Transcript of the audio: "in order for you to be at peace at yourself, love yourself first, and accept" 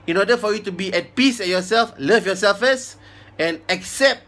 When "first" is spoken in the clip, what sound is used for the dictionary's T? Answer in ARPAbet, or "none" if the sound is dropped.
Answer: none